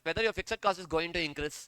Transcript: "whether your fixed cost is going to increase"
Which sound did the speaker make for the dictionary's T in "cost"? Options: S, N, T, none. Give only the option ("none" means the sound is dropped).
none